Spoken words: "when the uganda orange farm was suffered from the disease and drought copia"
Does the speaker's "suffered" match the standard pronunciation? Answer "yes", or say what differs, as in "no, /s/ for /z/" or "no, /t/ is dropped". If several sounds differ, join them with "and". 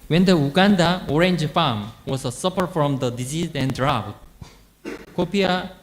no, /p/ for /f/